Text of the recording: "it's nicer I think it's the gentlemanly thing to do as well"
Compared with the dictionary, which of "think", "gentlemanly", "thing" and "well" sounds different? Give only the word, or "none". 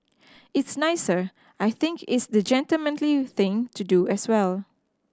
none